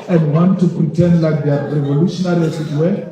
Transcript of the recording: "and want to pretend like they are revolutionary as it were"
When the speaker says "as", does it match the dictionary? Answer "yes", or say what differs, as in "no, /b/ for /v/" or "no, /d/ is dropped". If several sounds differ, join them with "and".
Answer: no, /s/ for /z/